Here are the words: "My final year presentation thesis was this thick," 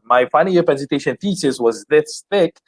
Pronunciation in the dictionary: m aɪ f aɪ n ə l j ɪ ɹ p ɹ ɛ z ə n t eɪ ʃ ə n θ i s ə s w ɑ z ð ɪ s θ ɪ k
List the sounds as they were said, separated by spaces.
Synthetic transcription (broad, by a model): m aɪ f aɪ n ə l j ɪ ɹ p ɛ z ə t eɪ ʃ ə n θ i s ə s w ɑ z ð ɪ s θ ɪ k